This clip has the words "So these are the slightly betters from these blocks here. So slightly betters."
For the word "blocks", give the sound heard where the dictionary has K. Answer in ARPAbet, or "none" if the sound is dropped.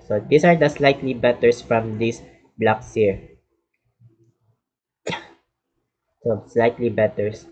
K